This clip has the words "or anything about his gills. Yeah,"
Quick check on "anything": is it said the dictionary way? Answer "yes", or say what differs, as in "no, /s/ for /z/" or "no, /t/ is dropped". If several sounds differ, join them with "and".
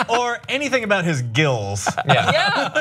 yes